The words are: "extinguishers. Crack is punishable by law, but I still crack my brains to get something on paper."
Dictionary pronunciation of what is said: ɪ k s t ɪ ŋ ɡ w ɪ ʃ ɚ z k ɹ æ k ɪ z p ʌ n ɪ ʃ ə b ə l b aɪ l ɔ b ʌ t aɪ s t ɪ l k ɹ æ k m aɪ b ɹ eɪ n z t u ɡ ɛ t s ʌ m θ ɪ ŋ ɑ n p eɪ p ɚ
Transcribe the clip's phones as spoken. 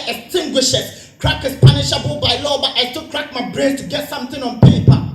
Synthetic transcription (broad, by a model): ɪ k s t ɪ ŋ ɡ w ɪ ʃ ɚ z k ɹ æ k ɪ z p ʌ n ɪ ʃ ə b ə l b aɪ l ɔ b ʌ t aɪ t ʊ k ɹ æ k m aɪ b ɹ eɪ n t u ɡ ɛ t s ʌ m θ ɪ ŋ ɑ n p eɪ p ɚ